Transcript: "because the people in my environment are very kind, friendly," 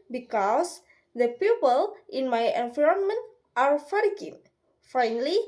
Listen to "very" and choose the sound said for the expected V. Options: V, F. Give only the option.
F